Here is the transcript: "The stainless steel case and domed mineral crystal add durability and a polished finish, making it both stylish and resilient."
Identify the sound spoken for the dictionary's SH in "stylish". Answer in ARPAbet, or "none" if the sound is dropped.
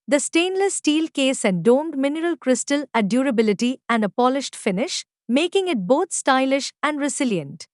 SH